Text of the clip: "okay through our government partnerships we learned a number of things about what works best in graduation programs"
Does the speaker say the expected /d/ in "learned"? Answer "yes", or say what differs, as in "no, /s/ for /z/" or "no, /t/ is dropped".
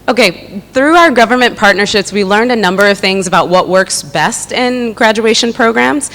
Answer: yes